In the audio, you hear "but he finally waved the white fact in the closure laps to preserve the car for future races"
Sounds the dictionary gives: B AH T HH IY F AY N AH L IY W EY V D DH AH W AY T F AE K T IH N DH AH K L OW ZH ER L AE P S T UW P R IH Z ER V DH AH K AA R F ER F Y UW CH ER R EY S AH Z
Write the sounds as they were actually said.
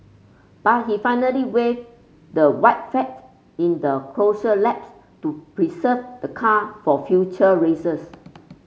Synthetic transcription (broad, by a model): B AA T HH IY F AY N AH L IY W EY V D AH W AY T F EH T IH N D AH K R OW SH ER L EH P S T UW P R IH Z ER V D AH K AA F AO F Y UW CH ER R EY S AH S